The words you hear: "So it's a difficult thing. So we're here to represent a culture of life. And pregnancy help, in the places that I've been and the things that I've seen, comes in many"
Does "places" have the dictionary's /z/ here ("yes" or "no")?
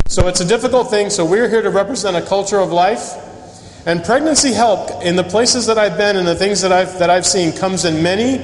yes